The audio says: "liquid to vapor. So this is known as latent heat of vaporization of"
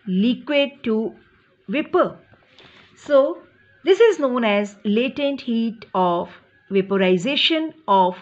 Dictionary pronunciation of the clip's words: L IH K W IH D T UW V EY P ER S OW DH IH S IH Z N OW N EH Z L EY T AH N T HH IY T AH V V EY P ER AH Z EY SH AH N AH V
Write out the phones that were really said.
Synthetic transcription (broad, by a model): L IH K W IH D T UW V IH P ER S OW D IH S IH Z N OW N EH Z L EY T AH N T HH IY T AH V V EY P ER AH Z EY SH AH N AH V